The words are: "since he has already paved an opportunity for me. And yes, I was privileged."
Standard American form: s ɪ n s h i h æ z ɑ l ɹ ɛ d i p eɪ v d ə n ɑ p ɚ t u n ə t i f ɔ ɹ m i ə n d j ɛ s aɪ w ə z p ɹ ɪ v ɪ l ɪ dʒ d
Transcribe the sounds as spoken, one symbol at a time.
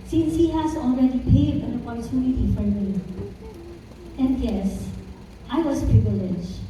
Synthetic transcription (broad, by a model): s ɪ n s h i h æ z ɑ l ɹ ɛ d i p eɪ d ə n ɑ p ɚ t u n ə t i f ɔ ɹ m i ə n d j ɛ s aɪ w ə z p ɹ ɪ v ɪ l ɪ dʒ